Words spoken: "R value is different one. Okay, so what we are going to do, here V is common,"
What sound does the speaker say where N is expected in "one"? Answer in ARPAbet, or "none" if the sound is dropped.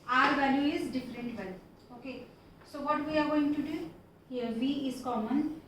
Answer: L